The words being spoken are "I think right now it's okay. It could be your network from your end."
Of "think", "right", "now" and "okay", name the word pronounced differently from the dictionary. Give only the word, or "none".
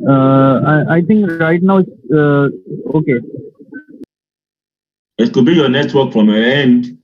think